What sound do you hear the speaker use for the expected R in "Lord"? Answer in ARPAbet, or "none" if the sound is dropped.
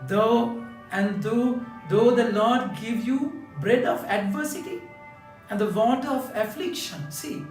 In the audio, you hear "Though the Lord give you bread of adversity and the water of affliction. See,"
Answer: L